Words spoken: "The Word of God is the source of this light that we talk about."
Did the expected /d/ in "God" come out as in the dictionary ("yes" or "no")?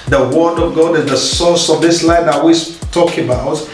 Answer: yes